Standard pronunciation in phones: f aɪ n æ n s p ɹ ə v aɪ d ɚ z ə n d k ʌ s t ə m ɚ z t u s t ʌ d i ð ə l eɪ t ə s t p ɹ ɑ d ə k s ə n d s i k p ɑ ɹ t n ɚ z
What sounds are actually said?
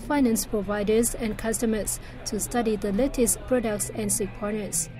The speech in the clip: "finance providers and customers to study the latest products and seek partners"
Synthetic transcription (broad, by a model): f aɪ n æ n s p ɹ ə v aɪ d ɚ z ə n k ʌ s t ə m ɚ s t u s t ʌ d i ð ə l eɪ t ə s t p ɹ ɑ d ə k s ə n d s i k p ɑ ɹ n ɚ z